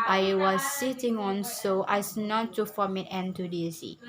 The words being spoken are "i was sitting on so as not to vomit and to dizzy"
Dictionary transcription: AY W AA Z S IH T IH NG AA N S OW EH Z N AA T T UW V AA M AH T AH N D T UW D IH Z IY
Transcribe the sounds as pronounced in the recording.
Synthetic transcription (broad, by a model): AY W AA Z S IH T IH NG AA N S OW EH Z N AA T T UW F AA M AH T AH N T UW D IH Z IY